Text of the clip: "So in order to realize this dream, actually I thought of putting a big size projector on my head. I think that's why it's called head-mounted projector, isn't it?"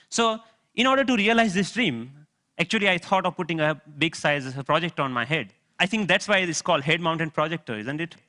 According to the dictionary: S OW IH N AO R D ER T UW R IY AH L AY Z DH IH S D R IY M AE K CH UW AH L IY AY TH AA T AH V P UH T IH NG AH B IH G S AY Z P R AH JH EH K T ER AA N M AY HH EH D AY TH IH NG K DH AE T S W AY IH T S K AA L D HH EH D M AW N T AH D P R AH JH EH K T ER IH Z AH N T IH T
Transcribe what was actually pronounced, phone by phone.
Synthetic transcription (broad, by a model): S OW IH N AO R D ER T UW R IY AH L AY Z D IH S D R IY M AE K CH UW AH L IY AY T AA T AH V P UH T IH NG AH B IH G S AY Z P R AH JH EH K T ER AA N M AY HH EH D AY T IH NG K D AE T S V AY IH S K AA L D HH EH D M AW N T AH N P R AH JH EH K T ER IH Z AH N T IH T